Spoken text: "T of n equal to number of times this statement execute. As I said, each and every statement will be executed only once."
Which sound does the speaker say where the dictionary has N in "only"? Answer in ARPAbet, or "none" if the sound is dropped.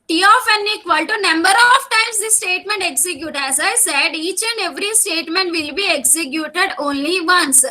N